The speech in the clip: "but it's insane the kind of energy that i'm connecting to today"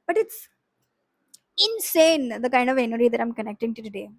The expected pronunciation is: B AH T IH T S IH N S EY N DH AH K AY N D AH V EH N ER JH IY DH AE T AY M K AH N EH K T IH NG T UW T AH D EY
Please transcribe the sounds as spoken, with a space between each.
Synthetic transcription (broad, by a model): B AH T IH T S IH N S EY N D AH K AY N D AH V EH N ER IY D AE T AY M K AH N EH K T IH NG T UW T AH D EY